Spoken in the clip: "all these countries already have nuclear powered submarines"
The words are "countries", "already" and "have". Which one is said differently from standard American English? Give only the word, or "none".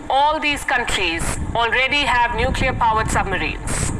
none